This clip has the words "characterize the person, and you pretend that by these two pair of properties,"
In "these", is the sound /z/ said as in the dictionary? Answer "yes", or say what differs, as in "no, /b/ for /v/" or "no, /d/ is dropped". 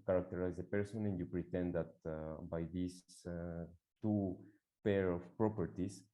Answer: no, /s/ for /z/